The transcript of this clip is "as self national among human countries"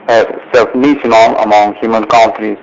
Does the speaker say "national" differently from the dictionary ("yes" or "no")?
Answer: yes